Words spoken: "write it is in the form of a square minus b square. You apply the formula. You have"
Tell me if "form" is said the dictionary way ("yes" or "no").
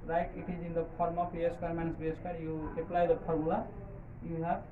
no